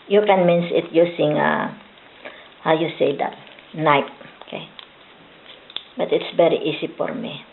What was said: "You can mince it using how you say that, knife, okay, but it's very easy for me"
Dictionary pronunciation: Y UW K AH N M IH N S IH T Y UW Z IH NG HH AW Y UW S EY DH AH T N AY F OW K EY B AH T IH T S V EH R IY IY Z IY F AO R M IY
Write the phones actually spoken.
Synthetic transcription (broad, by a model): Y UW K AH N M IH N S IH T Y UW S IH NG HH AW Y UW S EY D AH T N AY P OW K EY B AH T IH T S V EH R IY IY S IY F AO R M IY